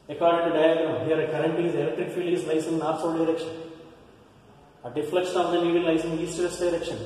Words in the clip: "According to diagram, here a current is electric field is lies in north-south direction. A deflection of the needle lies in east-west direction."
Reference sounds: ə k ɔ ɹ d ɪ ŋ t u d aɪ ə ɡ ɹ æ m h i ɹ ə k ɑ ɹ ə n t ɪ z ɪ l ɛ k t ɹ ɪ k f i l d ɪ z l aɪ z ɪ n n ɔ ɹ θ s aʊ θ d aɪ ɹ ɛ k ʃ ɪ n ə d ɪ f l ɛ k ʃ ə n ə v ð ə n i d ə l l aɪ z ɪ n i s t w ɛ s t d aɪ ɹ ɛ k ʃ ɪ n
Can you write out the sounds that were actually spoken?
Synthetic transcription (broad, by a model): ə k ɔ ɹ d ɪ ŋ t u d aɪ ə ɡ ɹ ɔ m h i ɹ ə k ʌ ɹ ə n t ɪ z ɪ l ɛ k t ɹ ɪ k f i l ɪ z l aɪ s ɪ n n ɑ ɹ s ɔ d aɪ ɹ ɛ k ʃ ɪ n ə d ɪ f l ɛ k ʃ ə n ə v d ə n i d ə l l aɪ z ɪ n i s t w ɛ s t d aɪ ɹ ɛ k ʃ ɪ n